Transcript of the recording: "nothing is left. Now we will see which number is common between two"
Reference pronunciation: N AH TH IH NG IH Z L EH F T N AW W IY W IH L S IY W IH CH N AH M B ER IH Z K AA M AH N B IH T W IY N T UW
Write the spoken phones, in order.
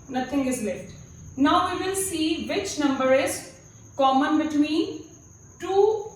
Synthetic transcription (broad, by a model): N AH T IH NG IH Z L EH T N AW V IY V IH L S IY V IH CH N AH M B ER IH Z K AA M AH N B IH T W IY N T UW